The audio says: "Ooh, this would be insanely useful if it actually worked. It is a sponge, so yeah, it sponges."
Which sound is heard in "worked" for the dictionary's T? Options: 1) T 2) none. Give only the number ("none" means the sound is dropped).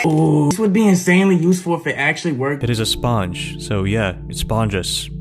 2